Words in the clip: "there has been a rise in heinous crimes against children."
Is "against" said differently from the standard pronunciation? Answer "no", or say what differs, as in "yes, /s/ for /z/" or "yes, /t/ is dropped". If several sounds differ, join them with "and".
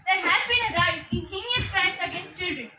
no